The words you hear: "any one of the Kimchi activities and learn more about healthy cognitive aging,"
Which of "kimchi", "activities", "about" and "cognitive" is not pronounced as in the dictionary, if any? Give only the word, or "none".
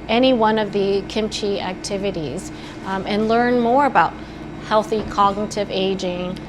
none